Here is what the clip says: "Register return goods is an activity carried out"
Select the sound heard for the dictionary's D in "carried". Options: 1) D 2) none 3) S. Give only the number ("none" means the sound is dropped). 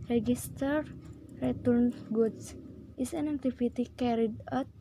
1